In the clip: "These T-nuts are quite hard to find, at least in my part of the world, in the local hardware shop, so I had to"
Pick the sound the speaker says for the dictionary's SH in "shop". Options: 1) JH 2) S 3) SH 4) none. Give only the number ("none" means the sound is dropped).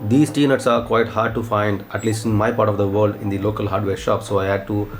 3